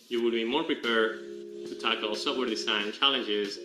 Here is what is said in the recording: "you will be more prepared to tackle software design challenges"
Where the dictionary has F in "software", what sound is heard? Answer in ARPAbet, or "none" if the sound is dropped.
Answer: P